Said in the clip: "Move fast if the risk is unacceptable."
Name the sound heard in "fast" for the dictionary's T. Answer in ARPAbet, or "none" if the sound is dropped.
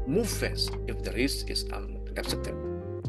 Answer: none